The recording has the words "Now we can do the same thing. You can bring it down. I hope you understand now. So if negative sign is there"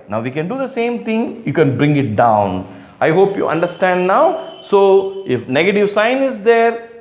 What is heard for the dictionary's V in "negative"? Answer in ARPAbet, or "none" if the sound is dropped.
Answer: V